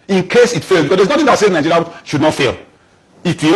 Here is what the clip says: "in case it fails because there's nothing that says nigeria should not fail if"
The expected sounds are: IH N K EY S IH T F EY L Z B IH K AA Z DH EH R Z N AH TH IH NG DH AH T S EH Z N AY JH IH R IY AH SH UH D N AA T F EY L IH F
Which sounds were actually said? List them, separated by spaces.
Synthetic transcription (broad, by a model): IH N K EY S IH T F EY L B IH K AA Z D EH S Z N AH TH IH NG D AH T S EH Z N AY JH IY R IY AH SH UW D N AA T F EY L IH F